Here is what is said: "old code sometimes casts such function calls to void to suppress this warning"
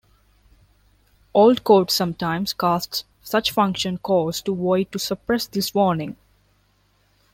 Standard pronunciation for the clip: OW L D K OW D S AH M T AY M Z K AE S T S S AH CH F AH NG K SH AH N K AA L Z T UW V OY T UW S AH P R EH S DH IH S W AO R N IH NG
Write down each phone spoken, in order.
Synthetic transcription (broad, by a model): OW L D K OW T S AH M T AY M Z K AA S T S S AH CH F AH NG K SH AH N K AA Z T UW V OY T UW S AH P R EH S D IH S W AO R N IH NG